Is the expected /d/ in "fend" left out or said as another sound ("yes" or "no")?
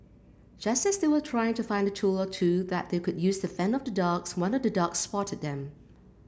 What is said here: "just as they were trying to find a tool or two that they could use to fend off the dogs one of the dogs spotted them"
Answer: yes